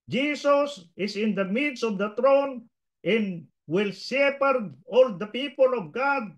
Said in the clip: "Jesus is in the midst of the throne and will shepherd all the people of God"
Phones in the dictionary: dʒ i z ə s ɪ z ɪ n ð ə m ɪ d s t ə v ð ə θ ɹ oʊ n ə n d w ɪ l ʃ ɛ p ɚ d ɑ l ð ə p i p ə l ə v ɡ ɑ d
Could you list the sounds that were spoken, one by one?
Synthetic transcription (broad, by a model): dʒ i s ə s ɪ s ɪ n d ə m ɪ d s ə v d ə t ɹ oʊ n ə n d w ɪ l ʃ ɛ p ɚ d ɑ l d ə p i p ə l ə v ɡ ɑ d